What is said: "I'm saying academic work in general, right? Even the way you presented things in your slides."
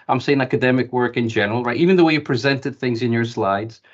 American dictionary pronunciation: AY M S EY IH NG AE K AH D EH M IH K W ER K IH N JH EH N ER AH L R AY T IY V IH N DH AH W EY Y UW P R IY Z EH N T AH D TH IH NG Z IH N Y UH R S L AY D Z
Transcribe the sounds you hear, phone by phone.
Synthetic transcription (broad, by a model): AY M S EY IH NG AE K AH D EH M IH K W ER K IH N JH EH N ER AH L R AY T IY V IH N DH AH W EY Y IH P R IY Z EH N T AH D TH IH NG Z IH N Y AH R S L AY D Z